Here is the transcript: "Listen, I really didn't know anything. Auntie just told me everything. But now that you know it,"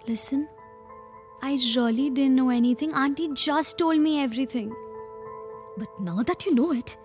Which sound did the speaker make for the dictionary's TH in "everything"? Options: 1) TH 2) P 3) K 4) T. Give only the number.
4